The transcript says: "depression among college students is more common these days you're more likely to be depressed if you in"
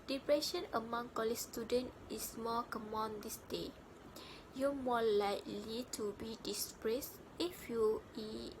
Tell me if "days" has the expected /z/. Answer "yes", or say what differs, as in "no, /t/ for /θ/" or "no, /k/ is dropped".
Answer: no, /z/ is dropped